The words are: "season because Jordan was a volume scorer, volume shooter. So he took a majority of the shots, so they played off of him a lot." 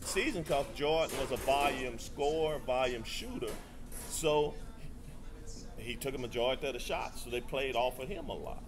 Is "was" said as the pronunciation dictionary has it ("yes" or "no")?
yes